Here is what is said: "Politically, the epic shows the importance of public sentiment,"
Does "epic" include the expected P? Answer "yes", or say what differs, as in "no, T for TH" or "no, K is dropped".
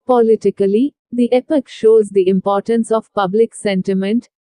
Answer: yes